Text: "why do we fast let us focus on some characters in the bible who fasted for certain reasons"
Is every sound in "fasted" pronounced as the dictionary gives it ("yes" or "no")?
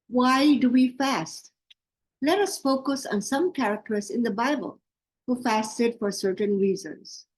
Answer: yes